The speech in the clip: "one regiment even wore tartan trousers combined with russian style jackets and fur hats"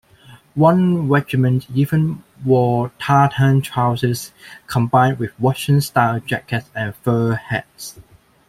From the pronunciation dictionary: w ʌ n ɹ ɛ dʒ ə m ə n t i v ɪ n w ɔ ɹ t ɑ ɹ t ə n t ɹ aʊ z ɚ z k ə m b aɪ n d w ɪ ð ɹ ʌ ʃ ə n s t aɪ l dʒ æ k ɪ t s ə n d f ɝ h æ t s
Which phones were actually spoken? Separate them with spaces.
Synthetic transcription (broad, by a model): w ʌ n ɹ ɛ dʒ ə m ə n t i v ɪ n w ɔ t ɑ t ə n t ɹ aʊ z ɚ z k ə m b aɪ n d w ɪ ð w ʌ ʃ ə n s t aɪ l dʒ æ k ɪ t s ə n f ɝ h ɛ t s